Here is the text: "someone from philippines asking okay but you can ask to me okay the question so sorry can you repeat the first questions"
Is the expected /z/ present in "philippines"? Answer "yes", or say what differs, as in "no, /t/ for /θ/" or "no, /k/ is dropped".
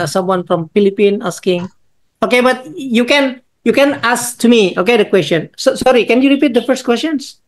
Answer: no, /z/ is dropped